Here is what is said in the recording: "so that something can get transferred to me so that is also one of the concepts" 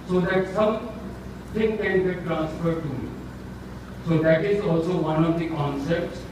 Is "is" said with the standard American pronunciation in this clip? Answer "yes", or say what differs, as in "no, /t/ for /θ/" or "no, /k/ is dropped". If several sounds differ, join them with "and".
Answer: yes